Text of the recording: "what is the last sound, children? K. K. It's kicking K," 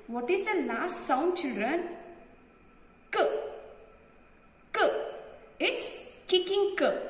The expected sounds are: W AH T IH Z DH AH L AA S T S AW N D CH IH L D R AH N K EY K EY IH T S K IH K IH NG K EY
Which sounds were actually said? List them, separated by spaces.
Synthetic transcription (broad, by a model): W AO T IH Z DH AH N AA S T S AW N D CH IH L D R AH N K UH K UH IH T S K IH K IH NG K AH